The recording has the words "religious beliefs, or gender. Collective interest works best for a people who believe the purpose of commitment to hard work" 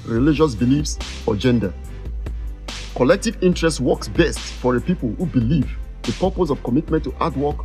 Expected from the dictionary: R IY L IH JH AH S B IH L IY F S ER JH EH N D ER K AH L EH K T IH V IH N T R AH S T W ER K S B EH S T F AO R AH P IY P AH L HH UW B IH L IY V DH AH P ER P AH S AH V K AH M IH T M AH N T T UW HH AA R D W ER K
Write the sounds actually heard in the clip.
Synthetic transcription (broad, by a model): R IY L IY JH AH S B IH L IY F S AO JH EH N D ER K AH L EH K T IH V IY N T R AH S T W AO K S B EH S T F AO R AH P IY P AH L HH UW B IH L IY V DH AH P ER P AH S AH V K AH M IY T M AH N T T UW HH AA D W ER K